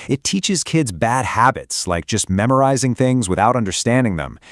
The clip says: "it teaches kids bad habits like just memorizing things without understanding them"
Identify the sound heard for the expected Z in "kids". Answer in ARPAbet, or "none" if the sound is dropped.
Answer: Z